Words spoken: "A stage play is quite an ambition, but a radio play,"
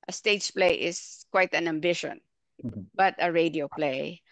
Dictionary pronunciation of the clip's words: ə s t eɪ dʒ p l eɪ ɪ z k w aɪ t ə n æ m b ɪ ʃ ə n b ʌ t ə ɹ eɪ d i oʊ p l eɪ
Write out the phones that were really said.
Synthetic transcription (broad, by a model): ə s t eɪ tʃ p l eɪ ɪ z k w aɪ t ə n æ m b ɪ ʃ ə n b ʌ t ə ɹ eɪ d i oʊ p l eɪ